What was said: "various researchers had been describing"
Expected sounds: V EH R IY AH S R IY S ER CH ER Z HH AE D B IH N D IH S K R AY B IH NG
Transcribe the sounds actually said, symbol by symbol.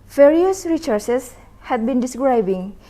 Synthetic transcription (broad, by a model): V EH R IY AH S R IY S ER S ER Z HH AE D B IH N D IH S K R AY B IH NG